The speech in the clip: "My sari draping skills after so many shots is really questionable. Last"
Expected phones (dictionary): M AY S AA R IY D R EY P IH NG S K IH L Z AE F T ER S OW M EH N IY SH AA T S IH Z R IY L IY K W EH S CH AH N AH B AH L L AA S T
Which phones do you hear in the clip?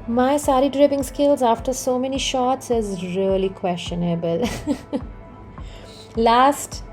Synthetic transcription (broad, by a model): M AY S AA R IY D R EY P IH NG S K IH L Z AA F T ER S OW M EH N IY SH AA T S IH Z R IY L IY K W EH S CH AH N AH B AH L L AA S T